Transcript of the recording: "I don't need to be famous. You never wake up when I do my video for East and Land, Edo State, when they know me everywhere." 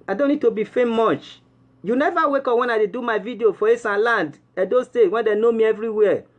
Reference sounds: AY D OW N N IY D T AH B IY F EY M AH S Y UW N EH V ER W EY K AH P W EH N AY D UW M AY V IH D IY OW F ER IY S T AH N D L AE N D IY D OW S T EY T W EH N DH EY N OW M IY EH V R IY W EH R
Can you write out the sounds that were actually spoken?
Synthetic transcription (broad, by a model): AY D OW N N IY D T AH B IY F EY M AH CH Y UW N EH V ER W EY K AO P W EH N AY D UW M AY V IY D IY OW F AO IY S AH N L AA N D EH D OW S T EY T W EH N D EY N OW M IY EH V R IY W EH